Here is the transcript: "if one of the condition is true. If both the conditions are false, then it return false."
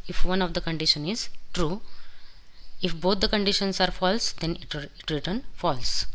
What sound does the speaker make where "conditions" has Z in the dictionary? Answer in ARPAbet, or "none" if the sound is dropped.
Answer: S